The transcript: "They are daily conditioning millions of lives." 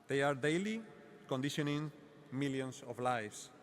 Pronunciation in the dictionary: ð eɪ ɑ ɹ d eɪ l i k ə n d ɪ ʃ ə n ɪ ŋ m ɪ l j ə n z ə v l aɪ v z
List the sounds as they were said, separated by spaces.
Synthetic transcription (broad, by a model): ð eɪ ɑ ɹ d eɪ l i k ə n d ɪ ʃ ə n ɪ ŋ m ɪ l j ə n s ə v l aɪ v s